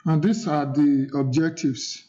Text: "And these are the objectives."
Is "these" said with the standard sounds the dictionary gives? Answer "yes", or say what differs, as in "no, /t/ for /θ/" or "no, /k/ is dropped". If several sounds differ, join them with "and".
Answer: no, /s/ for /z/